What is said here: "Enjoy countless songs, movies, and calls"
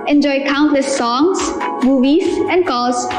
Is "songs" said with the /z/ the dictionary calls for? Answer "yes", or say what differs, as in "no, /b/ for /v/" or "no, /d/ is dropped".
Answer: no, /s/ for /z/